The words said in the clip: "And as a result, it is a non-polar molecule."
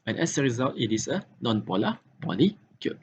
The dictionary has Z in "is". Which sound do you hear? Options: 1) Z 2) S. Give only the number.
2